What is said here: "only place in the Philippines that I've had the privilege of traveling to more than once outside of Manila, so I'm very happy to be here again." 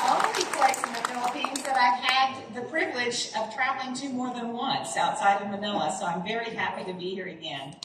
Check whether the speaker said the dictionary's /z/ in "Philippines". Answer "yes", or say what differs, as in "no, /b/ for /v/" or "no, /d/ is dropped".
yes